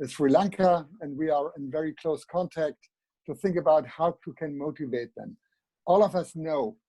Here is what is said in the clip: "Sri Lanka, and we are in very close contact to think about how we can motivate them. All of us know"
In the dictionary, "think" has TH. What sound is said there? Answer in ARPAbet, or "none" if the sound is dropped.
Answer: TH